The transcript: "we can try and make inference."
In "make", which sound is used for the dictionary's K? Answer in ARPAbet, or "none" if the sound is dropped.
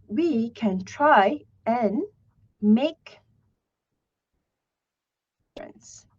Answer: none